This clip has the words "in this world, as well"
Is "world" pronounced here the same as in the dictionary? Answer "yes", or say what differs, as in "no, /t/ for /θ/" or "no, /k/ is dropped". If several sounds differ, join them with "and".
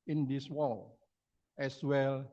no, /d/ is dropped